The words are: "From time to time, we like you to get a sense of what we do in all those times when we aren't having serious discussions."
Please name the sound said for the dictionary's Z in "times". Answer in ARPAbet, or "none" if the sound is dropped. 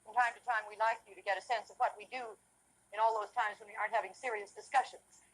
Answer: Z